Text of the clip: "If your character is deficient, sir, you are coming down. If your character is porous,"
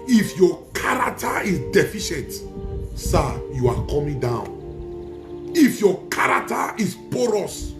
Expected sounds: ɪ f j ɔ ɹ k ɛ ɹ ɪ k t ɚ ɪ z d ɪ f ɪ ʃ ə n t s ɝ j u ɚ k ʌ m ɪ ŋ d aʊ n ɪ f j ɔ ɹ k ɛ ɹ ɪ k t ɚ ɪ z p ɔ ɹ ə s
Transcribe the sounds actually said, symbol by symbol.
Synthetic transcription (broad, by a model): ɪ f j ɔ k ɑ ɹ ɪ k t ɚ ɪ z d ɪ f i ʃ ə n t s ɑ j u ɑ k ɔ m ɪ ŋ d aʊ n ɪ f j ɔ k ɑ ɹ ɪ k t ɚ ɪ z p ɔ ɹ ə s